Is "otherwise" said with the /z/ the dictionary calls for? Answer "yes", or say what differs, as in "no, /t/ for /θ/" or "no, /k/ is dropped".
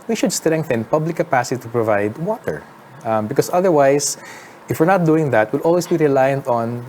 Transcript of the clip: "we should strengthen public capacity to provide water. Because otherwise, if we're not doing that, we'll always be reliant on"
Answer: no, /s/ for /z/